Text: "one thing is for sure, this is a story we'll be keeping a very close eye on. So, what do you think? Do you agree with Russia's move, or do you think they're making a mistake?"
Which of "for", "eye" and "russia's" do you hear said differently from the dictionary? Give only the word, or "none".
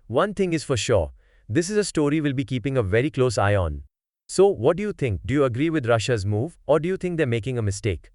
none